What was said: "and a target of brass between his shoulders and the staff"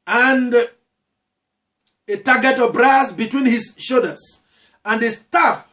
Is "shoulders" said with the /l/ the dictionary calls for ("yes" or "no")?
no